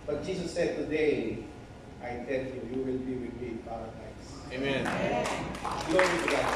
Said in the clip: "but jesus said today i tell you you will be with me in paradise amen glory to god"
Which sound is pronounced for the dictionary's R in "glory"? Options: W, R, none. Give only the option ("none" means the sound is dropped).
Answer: none